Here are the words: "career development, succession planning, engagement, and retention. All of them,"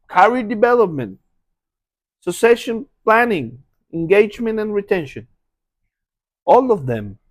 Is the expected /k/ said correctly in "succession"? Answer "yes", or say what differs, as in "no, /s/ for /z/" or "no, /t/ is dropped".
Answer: no, /k/ is dropped